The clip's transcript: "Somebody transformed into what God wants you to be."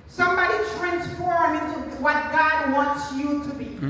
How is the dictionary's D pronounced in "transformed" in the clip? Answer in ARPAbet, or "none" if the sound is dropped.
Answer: none